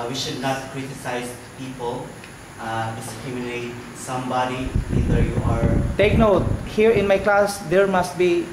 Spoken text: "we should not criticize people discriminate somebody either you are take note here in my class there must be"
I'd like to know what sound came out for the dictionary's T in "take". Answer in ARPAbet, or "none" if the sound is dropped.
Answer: T